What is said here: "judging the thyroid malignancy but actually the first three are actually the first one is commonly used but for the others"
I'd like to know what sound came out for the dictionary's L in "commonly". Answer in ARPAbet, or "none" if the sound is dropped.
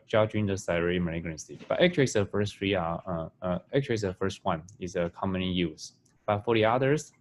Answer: none